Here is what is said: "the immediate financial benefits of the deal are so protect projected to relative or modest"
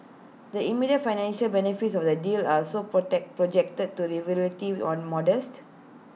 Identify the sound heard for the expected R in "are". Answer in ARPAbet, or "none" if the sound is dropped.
L